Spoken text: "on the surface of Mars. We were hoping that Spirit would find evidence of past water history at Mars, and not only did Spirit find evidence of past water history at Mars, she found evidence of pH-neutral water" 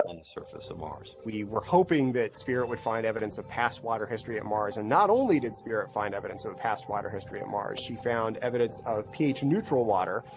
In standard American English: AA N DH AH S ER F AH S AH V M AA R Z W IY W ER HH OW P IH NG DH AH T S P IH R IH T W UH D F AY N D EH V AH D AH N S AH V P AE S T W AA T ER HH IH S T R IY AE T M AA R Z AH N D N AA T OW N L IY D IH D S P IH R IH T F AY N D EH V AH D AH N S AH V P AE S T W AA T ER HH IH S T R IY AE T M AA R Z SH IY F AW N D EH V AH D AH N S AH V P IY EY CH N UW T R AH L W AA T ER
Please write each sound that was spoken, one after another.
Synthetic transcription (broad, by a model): N DH AH S ER F AH S AH V M AA R Z W IY W ER HH OW P IH NG DH AH T S P IH R IH T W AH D F AY N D EH V AH D AH N S AH V P AE S T W AA T ER HH IH S T R IY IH T M AA R Z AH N N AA T OW N L IY D IH D S P IH R IH T F AY N D EH V AH D AH N S AH V P AE S T W AA T ER HH IH S T R IY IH T M AA R Z SH IY F AW N D EH V AH D AH N S AH V P IY EY CH N UW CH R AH L W AA T ER